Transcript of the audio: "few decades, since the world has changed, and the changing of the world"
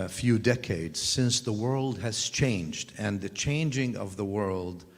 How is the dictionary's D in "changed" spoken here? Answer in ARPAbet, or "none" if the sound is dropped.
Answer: D